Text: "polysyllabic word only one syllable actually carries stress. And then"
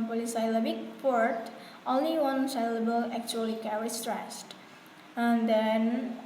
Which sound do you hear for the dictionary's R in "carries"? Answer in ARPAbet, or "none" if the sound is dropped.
W